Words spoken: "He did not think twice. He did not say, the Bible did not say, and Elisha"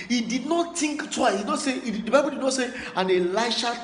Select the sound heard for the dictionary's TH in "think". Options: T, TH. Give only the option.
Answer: T